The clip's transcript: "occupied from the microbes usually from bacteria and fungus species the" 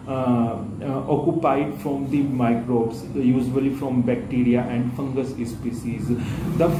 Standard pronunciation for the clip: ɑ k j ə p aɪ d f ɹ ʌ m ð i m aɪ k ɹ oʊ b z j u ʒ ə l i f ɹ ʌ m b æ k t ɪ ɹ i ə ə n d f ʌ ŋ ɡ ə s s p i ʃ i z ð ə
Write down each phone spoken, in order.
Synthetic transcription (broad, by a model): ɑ k j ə p aɪ d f ɹ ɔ m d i m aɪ k ɹ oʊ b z j u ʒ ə l i f ɹ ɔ m b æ k t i ɹ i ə ə n d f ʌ ŋ ɡ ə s s p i s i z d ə